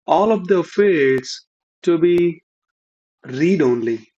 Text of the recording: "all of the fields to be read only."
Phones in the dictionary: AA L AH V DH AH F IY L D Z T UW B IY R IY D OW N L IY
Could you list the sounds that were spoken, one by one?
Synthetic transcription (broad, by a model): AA L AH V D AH F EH D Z T UW B IY R IY D OW N L IY